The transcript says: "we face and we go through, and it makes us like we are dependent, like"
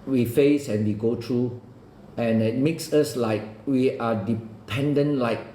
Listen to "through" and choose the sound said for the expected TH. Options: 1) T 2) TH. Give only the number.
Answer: 1